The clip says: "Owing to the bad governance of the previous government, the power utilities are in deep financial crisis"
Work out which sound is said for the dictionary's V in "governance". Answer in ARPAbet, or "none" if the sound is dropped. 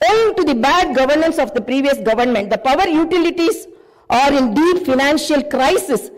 V